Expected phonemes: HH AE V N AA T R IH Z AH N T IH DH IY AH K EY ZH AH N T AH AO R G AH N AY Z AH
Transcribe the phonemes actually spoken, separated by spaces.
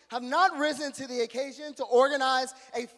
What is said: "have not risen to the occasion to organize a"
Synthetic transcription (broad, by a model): HH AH V N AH T R IH Z AH N T IH DH IY AH K EY ZH AH N T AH AO R G AH N AY Z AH